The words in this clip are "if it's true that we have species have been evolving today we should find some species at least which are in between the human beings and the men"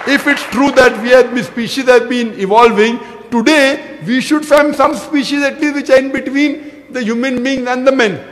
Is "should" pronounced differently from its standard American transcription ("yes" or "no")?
no